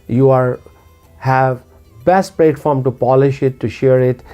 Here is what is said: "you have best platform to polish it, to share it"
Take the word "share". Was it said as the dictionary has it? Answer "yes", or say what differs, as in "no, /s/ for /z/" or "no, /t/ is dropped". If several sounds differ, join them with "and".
yes